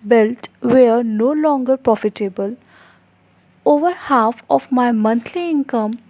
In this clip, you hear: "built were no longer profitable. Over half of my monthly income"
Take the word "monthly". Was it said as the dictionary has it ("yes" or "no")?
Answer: no